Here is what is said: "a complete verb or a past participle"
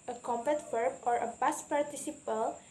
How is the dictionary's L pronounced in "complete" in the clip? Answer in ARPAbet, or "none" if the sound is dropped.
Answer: none